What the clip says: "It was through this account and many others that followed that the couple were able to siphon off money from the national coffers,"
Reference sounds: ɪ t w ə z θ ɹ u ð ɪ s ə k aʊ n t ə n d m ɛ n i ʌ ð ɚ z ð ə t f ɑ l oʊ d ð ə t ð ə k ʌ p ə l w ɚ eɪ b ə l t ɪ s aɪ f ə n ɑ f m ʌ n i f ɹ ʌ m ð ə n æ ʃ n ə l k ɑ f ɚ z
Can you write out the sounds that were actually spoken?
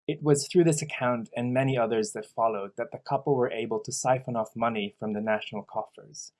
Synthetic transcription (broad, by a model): ɪ t w ə z θ ɹ u ð ɪ s ə k aʊ n t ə n m ɛ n i ʌ ð ɚ z ð ə t f ɑ l oʊ d ð ə t ð ə k ʌ p l w ɚ eɪ b ə l t ɪ s aɪ f ə n ɑ f m ʌ n i f ɹ ʌ m ð ə n æ ʃ n l k ɑ f ɚ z